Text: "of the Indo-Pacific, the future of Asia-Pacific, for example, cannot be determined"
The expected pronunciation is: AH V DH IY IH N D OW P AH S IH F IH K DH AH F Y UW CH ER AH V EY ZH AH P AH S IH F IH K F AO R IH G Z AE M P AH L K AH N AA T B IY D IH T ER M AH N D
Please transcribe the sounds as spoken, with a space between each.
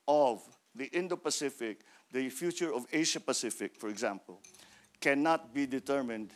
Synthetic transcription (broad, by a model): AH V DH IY IH N D OW P AH S IH F IH K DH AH F Y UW CH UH AH V EY SH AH P AH S IH F IH K F AO R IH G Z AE M P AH L K AH N AA T B IY D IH T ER M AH N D